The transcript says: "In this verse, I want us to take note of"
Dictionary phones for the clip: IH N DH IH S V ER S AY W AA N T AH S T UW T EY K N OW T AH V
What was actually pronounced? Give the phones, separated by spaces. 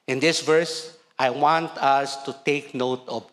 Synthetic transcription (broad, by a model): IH N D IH S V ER S AY W AA N T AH S T UW T EY K N OW T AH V